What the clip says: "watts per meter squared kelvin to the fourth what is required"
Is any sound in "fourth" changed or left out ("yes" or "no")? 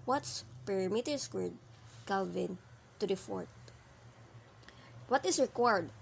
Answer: yes